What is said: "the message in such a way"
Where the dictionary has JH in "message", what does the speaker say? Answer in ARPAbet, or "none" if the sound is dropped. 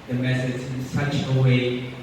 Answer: Z